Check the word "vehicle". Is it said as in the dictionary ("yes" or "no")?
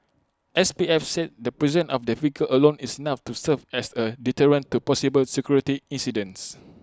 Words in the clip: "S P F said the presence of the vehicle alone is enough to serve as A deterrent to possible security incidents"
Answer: no